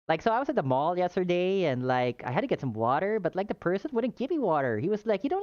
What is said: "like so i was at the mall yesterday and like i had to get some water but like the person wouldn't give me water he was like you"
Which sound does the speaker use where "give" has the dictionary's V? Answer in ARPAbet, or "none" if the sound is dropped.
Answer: P